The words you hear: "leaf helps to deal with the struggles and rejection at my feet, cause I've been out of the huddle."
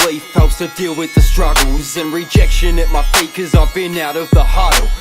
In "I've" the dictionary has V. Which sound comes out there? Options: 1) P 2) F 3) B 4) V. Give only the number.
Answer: 4